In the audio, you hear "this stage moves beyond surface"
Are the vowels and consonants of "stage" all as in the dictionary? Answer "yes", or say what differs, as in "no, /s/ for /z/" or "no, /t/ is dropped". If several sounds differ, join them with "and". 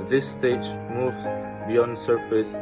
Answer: yes